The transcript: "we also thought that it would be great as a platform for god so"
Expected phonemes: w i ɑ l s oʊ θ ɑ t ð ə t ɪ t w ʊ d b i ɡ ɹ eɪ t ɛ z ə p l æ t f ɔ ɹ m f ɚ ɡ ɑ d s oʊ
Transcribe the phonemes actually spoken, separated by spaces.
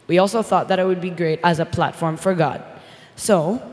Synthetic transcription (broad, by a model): w i ɑ l s oʊ θ ɑ t ð ə t ɪ t w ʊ d b i ɡ ɹ eɪ t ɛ z ə p l æ t f ɔ ɹ m f ɚ ɡ ɑ d s oʊ